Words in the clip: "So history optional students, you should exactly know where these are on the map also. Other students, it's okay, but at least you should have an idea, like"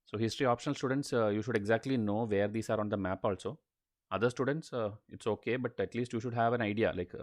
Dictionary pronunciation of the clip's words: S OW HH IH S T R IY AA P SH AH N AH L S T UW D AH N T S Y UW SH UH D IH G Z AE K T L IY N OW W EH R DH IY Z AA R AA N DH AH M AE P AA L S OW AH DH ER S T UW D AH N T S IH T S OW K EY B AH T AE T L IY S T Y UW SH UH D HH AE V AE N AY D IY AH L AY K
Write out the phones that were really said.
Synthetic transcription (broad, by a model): S OW HH IH S T R IY AA P SH AH N AH L S T UW D AH N T S Y UW SH UH D IH G Z AE K T L IY N OW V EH R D IY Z AA R AA N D AH M AE P AA L S OW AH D ER S T UW D AH N T S IH T S OW K EY B AH T AE T L IY S T Y UW SH UH D HH AE V AE N AY D IY AH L AY K